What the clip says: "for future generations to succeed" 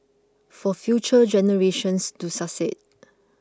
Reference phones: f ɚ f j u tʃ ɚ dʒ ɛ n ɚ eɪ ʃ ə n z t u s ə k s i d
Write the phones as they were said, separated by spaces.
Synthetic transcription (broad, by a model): f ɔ f j u tʃ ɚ dʒ ɛ n ɚ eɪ ʃ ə n s t u s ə s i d